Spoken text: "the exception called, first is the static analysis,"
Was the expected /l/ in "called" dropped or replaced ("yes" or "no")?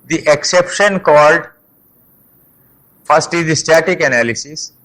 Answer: no